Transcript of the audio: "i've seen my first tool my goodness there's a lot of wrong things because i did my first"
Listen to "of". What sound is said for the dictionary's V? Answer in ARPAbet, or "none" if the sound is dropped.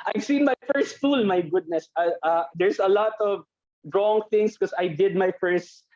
V